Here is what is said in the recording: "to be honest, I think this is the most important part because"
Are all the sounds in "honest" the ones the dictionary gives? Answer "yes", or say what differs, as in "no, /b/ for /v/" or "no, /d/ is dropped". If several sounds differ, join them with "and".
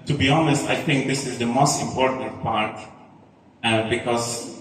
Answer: yes